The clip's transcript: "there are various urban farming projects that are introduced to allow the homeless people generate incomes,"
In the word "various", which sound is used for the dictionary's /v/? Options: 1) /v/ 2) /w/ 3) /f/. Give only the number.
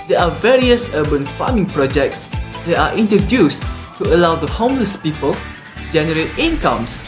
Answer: 1